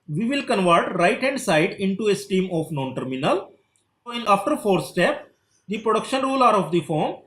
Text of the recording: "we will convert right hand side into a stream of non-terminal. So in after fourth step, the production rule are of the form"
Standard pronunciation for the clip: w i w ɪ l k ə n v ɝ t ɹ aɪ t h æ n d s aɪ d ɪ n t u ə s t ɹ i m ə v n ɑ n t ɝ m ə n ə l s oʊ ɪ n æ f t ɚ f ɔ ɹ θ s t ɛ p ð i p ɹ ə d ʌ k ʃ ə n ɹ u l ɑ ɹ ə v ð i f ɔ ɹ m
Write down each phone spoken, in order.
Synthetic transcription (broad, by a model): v i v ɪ l k ə n v ɝ t ɹ aɪ t h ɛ n d s aɪ d ɪ n t u ə s t i m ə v n ɑ n t ɝ m ə n ə l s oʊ ɪ n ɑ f t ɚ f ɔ ɹ s t ɛ p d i p ɹ ə d ʌ k ʃ ə n ɹ u l ɑ ɹ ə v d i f ɔ ɹ m